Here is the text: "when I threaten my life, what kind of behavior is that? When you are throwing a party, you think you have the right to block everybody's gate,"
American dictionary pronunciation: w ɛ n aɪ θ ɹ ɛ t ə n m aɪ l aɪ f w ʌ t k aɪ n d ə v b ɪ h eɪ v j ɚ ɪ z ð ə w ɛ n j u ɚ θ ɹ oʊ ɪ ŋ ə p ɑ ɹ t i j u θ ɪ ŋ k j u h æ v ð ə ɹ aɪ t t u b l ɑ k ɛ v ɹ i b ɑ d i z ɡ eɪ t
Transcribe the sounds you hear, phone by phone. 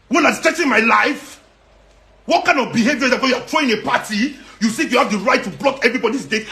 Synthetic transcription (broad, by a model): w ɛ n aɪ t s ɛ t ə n m aɪ l aɪ f w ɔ t k aɪ n d ə v b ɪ h eɪ v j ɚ ɪ z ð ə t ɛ j u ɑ t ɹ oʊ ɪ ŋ ə p ɑ t i j u s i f j u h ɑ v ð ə ɹ aɪ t t u b l ɑ k ɛ v ɹ i b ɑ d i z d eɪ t